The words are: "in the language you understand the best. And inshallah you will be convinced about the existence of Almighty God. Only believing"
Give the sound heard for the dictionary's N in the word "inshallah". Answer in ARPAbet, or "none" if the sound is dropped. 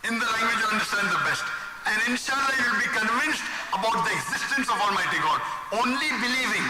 N